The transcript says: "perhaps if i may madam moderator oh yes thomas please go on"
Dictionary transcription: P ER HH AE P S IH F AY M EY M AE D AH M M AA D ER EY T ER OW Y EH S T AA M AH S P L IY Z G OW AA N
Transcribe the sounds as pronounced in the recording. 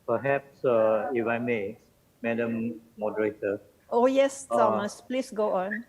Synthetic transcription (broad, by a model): P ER HH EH P S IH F AY M EY M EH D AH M M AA D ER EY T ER OW Y EH S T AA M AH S P L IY S G OW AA N